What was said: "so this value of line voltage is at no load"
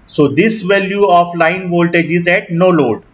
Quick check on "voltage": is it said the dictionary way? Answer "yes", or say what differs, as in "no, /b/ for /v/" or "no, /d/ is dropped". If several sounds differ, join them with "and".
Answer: yes